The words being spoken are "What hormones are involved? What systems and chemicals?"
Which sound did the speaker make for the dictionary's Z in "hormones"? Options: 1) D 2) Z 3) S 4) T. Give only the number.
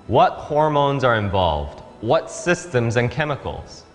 2